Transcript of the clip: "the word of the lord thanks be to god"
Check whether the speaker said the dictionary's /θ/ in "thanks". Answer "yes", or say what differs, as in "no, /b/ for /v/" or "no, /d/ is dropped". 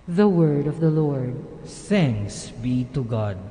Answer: no, /s/ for /θ/